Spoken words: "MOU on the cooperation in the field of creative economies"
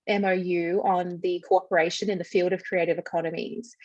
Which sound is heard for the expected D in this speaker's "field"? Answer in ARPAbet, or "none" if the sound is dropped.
D